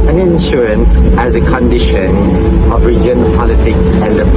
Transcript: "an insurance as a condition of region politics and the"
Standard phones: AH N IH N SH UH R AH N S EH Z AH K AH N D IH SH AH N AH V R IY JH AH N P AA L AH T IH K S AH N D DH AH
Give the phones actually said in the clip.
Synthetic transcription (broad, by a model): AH N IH N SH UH R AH N S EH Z AH K AH N D IH SH AH N AH V R IY JH AH N P AA L AH T IH K S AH N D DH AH